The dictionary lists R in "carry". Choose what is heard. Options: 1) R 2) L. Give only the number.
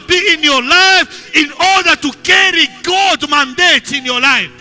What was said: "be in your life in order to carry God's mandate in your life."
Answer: 1